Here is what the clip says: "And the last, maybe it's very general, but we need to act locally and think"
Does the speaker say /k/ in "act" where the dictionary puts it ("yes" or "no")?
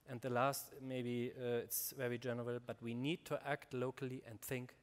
yes